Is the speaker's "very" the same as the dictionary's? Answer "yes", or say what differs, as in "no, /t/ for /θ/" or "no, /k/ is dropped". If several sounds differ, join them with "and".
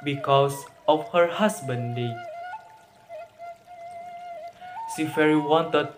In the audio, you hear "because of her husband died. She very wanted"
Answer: no, /f/ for /v/